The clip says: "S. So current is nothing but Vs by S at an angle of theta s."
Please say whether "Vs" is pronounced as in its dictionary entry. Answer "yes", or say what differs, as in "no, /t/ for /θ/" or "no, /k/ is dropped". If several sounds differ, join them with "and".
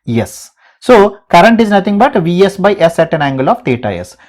yes